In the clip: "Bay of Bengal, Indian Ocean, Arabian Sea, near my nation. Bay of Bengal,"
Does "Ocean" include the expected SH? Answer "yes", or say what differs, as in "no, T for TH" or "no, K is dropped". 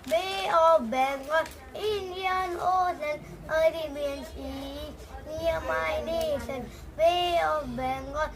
no, S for SH